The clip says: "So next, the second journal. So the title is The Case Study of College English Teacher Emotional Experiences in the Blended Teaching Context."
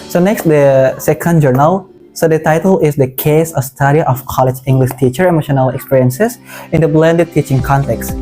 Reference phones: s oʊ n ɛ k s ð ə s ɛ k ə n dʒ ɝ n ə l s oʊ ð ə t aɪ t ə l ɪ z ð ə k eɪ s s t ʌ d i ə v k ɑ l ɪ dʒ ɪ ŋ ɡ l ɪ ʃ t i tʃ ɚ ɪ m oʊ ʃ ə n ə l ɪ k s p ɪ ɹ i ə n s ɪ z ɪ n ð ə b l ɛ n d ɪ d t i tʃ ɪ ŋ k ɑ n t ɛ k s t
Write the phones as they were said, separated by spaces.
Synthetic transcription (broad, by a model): s oʊ n ɛ k s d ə s ɛ k ə n dʒ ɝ n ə l s oʊ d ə t aɪ t ə l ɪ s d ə k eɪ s s t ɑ d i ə f k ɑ l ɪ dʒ ɪ ŋ ɡ l ɪ ʃ t i tʃ ɚ ɪ m oʊ ʃ ə n ə l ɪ k s p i ɹ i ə n s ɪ s ɪ n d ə b l ɛ n d ɪ d t i tʃ ɪ ŋ k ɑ n t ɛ k s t